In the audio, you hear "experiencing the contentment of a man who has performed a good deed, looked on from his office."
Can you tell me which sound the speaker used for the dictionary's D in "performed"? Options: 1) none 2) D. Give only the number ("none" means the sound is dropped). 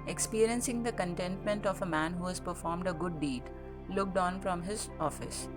2